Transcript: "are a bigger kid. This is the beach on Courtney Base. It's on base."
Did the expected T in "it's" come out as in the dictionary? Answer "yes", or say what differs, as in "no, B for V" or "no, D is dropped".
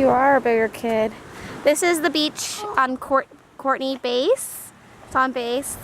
no, S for T